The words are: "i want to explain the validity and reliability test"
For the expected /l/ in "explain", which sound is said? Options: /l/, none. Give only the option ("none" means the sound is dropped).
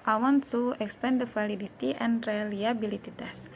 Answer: none